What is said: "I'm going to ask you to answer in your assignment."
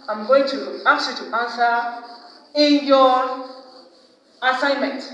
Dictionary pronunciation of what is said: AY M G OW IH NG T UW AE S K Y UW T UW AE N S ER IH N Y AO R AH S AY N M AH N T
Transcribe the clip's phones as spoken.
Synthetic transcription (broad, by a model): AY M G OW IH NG T UW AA K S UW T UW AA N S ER IH N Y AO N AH S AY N M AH N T